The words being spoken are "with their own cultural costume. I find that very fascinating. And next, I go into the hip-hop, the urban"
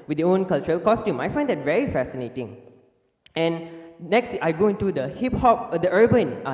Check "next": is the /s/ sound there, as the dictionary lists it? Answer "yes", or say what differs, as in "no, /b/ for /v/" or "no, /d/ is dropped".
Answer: yes